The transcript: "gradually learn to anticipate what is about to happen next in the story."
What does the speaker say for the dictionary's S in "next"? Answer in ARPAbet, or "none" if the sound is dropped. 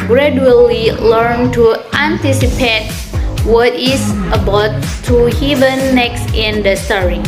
S